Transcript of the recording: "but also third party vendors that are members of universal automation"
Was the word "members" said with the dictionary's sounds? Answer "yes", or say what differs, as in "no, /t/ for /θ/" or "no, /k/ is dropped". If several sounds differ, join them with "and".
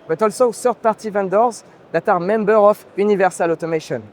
no, /z/ is dropped